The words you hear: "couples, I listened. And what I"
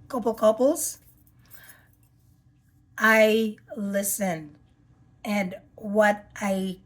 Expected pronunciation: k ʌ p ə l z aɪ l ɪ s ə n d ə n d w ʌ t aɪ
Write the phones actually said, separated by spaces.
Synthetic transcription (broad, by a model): k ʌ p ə l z aɪ l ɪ s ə n ə n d w ʌ t aɪ